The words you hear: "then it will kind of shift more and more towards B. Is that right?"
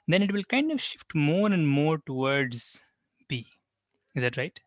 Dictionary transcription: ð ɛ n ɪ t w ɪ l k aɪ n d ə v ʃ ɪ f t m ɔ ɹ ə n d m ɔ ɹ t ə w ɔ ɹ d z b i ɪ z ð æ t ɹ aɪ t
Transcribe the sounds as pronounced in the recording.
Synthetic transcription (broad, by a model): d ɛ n ɪ t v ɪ l k aɪ n d ə v ʃ ɪ f t m ɔ ɹ ə n d m ɔ ɹ t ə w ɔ ɹ d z b i ɪ z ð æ t ɹ aɪ t